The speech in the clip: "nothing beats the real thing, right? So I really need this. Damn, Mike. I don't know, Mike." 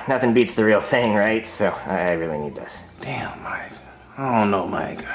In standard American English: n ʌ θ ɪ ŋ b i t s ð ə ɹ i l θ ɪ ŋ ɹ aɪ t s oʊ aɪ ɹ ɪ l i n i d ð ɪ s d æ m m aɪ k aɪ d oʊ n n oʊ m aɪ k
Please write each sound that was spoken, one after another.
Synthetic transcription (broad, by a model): n ʌ θ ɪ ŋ b i t s ð ə ɹ i l θ ɪ ŋ ɹ aɪ t s oʊ aɪ ɹ ɪ l i n i d ð ɪ s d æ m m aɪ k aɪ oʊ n n oʊ m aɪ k